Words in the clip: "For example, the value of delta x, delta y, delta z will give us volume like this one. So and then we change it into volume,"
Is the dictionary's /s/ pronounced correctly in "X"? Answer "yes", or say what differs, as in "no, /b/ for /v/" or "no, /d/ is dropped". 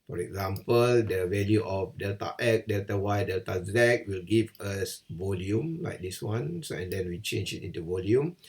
no, /s/ is dropped